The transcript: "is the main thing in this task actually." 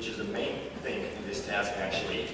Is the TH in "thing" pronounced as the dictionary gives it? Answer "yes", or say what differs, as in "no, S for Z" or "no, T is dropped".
yes